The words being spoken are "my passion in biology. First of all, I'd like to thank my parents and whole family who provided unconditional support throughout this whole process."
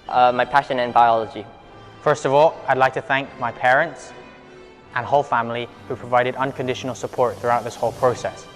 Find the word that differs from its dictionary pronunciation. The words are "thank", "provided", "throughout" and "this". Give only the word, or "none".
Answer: none